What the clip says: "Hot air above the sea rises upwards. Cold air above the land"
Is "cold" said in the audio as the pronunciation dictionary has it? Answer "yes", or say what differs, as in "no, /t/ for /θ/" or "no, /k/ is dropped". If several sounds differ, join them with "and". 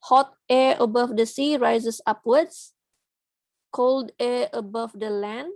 yes